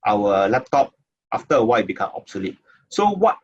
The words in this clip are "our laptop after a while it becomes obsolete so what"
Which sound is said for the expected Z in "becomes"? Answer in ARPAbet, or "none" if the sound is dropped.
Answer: none